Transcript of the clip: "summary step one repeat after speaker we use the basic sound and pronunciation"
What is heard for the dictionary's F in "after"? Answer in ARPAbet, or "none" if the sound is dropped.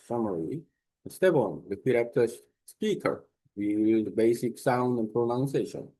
P